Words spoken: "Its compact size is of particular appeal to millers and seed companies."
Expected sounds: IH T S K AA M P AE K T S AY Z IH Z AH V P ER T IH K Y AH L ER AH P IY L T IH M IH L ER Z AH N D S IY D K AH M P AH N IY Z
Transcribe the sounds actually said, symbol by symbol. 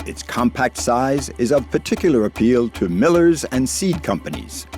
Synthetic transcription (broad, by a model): IH T S K AA M P AE K T S AY Z IH Z AH V P ER T IH K Y L ER AH P IY L T IH M IH L ER Z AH N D S IY D K AH M P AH N IY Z